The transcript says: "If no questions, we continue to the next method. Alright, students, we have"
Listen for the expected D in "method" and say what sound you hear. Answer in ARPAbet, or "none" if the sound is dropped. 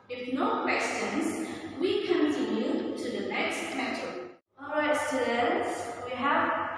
none